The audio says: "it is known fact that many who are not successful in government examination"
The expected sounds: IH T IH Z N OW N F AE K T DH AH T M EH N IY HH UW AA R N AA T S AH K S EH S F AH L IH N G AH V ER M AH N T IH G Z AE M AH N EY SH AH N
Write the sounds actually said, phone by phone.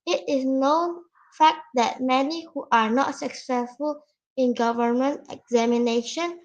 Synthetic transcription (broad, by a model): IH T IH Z N OW N F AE K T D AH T M EH N IY HH UW AA R N AA T S AH K S EH S F AH L IH N G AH V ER M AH N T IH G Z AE M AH N EY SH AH N